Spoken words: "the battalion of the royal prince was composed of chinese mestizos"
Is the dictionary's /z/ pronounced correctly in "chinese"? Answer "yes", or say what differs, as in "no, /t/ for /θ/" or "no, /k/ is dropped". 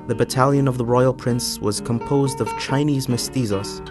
yes